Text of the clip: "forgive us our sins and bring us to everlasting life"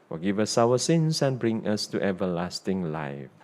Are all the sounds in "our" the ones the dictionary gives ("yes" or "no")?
no